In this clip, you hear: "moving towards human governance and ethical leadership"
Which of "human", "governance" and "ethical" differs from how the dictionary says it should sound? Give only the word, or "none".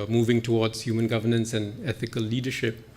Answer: none